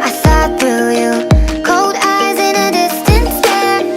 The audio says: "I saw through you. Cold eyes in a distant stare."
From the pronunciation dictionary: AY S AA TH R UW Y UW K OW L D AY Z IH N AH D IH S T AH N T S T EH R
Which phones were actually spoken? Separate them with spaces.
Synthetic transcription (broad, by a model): AY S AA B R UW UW K OW L D AY Z IH N AH D IH S T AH N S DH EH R